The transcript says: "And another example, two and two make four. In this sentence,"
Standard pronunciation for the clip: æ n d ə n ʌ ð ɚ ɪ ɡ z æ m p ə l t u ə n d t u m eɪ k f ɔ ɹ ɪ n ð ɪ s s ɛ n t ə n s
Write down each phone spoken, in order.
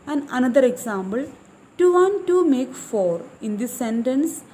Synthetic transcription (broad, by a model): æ n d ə n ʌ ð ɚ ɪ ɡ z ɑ m b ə l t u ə n t u m eɪ k f ɔ ɹ ɪ n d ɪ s s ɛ n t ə n s